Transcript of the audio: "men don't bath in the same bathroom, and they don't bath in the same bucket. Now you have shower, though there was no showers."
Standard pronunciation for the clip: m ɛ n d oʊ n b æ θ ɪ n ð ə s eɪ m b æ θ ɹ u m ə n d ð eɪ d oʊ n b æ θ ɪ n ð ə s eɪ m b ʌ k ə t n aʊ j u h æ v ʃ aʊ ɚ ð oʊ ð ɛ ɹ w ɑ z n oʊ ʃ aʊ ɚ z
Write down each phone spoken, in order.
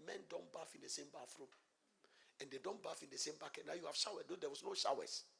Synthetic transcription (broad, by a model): m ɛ n d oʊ n b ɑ f ɪ n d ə s eɪ m b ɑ f ɹ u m ə n d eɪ d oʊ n b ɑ f ɪ n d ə s eɪ m b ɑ k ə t n aʊ j u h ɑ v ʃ aʊ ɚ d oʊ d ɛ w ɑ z n oʊ ʃ aʊ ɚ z